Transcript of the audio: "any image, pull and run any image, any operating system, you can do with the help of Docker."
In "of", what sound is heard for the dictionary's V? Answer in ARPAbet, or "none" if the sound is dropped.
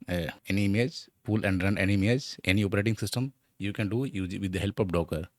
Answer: P